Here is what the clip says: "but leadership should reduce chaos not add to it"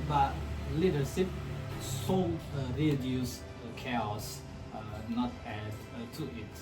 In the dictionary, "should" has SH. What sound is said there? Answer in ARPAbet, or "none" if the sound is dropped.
S